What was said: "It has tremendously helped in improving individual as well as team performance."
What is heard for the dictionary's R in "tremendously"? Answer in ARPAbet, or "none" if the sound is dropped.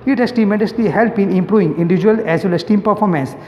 none